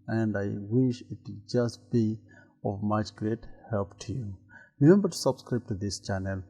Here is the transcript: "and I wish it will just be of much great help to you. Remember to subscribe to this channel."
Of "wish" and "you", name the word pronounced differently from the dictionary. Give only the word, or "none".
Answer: none